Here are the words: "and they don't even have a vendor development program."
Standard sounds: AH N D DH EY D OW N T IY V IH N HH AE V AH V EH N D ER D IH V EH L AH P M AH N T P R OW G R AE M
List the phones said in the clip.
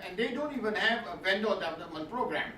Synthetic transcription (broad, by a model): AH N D EY D OW N T IY V IH N HH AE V AH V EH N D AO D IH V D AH M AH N P R OW G R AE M